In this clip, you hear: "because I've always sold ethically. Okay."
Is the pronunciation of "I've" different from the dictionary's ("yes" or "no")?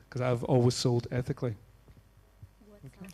no